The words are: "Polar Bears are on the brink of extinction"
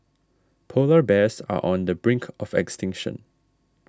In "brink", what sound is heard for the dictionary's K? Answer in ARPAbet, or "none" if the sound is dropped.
K